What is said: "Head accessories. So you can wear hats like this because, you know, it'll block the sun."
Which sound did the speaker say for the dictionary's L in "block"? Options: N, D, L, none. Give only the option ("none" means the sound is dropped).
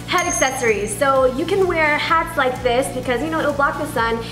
L